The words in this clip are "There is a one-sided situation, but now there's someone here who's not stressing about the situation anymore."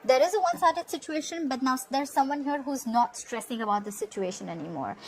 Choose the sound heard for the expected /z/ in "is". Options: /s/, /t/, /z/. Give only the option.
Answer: /z/